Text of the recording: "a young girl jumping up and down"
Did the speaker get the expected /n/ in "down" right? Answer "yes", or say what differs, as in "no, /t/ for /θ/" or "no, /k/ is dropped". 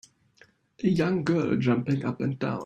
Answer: no, /n/ is dropped